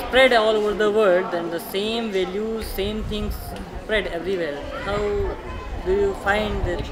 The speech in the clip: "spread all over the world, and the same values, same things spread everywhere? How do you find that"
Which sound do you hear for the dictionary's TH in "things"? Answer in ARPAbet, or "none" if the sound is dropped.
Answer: T